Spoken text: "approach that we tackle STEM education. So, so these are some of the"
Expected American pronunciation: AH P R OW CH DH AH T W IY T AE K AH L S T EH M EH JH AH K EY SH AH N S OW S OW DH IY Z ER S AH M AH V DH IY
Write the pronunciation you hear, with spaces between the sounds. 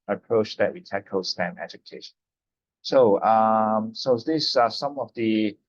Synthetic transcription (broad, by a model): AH P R OW CH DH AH T W IY T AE K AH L S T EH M EH JH AH K EY SH AH N S OW S OW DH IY S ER S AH M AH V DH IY